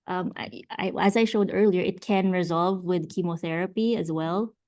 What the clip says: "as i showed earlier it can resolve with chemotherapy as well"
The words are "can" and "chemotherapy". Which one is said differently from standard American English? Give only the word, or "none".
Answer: none